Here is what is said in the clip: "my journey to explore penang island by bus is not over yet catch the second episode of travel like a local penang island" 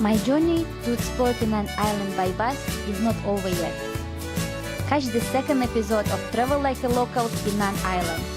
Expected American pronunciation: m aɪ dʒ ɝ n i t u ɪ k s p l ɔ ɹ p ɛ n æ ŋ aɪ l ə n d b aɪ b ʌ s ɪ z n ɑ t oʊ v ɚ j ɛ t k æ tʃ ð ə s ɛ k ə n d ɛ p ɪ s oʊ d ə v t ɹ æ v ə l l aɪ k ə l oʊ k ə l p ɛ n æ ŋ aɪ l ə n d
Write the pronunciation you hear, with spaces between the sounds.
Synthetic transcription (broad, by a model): m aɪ dʒ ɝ n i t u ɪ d s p ɔ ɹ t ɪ n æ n aɪ l ə n d b aɪ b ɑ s ɪ z n ɑ t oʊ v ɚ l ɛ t k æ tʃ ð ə s ɛ k ə n d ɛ p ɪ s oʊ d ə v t ɹ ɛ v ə l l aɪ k ə l oʊ k ə l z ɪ n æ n aɪ l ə n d